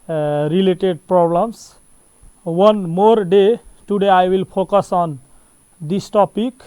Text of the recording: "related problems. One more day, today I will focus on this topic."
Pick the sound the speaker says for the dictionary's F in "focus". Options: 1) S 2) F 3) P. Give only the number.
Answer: 3